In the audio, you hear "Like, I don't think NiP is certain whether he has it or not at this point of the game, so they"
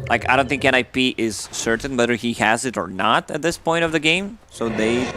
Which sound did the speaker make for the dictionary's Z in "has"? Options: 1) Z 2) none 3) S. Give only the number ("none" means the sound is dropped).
1